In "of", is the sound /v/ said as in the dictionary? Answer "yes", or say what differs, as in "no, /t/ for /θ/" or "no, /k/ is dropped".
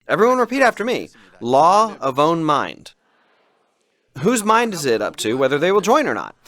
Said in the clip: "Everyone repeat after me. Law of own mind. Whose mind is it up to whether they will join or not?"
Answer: yes